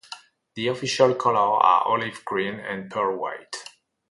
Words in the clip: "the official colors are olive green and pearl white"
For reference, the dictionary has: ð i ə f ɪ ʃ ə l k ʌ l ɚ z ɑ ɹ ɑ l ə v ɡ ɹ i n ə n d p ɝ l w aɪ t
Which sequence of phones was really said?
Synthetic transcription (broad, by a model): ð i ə f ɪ ʃ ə l k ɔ l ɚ ɑ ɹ ɑ l ə v ɡ ɹ i n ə n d p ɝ w aɪ t